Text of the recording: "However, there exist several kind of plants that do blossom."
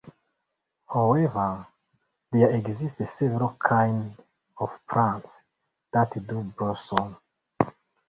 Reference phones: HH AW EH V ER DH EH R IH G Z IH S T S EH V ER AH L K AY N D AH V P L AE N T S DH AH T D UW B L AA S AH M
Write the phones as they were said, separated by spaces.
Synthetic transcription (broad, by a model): HH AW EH V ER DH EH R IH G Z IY S T S EH V ER AH L K AY N D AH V P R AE N T S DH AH T D UW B AA S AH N